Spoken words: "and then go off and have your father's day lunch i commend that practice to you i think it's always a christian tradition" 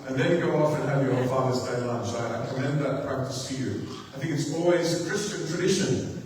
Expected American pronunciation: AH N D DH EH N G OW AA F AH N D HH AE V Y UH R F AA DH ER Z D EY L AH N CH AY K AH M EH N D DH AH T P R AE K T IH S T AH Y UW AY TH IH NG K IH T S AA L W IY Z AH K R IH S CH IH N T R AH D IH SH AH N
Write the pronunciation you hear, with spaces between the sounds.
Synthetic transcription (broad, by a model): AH N DH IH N G OW AA F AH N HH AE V Y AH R F AA DH ER Z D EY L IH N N AY K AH M EH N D DH AH T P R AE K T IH S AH Y UW AY TH IH NG K IH T S AA L W IY Z AH K R IH S CH IH N T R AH D IH SH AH N